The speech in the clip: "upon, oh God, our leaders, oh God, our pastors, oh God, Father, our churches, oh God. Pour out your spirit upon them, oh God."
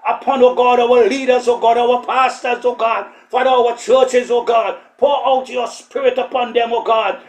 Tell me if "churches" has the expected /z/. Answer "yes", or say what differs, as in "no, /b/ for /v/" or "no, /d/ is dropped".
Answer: yes